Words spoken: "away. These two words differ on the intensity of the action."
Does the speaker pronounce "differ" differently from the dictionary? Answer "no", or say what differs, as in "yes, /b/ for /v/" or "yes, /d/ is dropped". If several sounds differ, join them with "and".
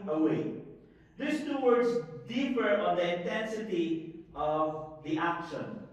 yes, /p/ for /f/